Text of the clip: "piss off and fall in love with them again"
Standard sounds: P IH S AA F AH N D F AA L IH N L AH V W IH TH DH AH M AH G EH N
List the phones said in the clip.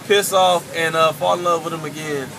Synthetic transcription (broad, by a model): P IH S AA F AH N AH F AA L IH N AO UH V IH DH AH M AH G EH N